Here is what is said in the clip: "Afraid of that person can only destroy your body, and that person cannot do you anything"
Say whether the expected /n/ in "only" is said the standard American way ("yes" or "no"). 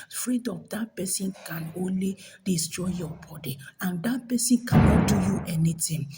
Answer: yes